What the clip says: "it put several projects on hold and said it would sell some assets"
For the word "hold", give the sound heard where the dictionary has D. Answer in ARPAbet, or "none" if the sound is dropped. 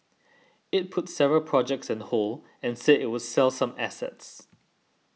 none